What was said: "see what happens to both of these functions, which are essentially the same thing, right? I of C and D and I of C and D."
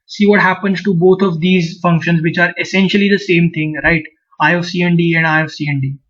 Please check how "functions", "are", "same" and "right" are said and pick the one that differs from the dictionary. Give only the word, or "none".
none